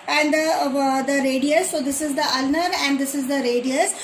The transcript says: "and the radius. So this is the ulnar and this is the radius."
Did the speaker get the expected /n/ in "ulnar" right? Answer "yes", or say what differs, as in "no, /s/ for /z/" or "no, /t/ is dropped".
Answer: yes